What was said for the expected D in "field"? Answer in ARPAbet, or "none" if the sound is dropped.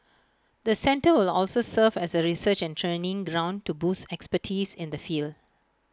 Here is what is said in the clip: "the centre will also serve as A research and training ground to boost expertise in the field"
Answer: D